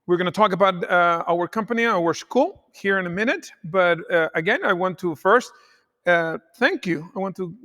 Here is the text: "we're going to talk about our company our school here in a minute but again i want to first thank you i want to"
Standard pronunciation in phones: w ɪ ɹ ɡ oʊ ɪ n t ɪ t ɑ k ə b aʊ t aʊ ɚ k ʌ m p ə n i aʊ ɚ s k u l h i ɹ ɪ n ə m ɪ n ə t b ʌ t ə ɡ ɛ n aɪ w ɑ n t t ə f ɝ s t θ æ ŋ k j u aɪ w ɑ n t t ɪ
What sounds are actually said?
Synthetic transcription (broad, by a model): w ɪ ɹ ɡ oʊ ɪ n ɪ t ɑ k ə b aʊ t aʊ ɚ k ʌ m p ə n i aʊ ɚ s k u l h i ɹ ɪ n ə m ɪ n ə t b ʌ t ə ɡ ɛ n aɪ w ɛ n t t ə f ɝ s t θ æ ŋ k j u aɪ w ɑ n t t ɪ